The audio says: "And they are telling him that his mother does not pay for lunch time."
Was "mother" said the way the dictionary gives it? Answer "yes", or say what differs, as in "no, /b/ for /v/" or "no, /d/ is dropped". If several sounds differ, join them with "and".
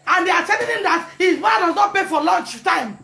no, /ð/ is dropped